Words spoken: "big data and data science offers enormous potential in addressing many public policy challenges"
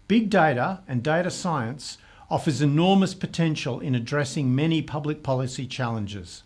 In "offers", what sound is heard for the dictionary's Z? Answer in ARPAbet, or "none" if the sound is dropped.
Z